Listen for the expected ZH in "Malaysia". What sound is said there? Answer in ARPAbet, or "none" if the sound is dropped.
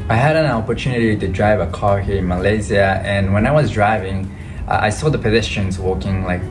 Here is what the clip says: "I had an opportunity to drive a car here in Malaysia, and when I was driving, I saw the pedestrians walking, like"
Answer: Z